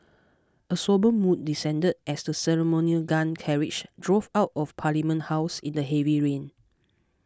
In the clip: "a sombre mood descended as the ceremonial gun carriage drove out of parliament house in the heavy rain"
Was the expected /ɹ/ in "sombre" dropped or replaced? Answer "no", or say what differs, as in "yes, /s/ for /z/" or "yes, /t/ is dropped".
yes, /ɹ/ is dropped